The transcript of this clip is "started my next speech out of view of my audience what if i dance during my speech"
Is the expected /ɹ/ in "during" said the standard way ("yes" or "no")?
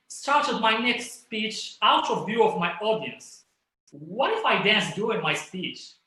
no